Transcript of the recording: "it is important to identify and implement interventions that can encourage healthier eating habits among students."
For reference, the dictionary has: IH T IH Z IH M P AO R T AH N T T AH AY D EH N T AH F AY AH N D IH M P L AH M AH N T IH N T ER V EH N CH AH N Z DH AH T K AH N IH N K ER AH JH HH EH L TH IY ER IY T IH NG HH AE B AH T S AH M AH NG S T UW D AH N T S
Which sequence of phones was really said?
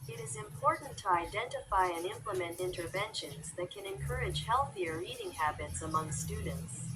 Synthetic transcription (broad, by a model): IH T IH Z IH M P AO R T N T T AH AY D EH N T AH F AY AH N IH M P L AH M AH N T IH N T ER V EH N SH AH N Z DH AH T K AH N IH N K ER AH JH HH EH L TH IY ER IY T IH NG HH AE B AH T S AH M AH NG S T UW D N T S